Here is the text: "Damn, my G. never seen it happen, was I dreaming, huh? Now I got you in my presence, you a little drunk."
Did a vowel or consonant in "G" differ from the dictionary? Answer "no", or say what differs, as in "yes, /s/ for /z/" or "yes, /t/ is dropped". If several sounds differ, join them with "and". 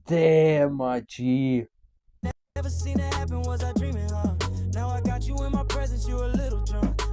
yes, /tʃ/ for /dʒ/